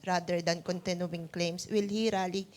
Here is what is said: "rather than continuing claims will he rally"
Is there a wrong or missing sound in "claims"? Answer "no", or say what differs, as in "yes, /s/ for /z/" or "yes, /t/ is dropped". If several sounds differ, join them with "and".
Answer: yes, /s/ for /z/